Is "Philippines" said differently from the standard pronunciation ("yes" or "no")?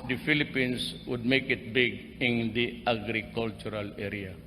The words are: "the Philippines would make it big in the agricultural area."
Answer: yes